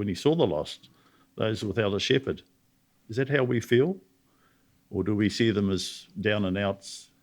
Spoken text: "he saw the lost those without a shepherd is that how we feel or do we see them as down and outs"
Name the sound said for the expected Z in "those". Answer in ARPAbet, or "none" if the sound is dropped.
Z